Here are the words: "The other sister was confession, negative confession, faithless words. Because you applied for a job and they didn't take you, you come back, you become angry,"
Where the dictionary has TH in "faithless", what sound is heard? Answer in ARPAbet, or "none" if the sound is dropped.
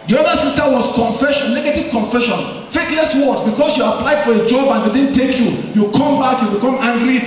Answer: T